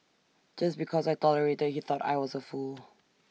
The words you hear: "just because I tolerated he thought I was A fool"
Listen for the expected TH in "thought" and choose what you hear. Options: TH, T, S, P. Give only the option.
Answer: TH